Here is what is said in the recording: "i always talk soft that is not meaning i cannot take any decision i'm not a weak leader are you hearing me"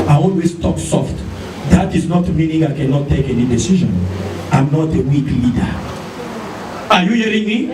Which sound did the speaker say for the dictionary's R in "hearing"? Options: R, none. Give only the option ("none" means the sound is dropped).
R